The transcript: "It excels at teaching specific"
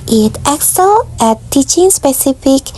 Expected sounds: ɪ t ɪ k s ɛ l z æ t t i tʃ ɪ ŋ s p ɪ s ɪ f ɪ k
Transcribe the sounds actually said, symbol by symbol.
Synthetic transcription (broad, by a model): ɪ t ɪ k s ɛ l æ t t i tʃ ɪ ŋ s p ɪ s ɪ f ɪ k